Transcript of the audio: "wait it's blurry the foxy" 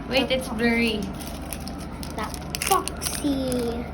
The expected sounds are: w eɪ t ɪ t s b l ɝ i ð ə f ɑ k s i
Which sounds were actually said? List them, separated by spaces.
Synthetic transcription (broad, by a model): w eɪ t ɪ t s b ɝ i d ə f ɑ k s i